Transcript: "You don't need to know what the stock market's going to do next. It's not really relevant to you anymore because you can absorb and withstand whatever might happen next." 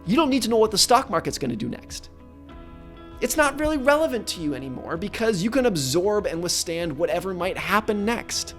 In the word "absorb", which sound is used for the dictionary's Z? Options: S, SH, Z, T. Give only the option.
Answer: Z